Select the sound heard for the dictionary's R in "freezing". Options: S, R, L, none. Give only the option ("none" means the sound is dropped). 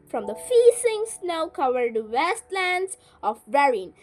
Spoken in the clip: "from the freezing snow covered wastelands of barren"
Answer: none